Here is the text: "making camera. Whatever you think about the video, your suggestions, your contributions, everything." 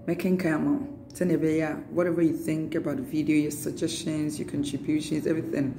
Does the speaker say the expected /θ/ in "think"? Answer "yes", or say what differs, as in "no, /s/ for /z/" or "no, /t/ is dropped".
yes